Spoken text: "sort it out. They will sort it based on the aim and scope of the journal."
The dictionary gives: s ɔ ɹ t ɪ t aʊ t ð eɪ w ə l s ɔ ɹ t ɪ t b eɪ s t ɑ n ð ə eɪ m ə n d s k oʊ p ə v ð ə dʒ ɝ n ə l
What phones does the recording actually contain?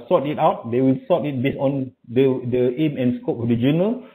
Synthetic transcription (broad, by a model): s ɔ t ɪ t aʊ t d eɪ w ə l s ɔ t ɪ t b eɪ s ɑ n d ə eɪ m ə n s k oʊ p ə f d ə dʒ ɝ n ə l